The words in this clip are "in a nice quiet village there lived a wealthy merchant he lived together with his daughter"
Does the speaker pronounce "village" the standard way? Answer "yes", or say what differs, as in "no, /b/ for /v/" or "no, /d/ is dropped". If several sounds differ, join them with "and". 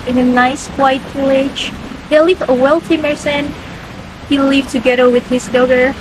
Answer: no, /p/ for /v/